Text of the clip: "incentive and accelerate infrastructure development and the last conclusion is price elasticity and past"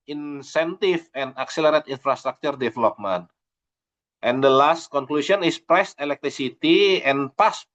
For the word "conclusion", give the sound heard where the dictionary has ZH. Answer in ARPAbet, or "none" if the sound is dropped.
S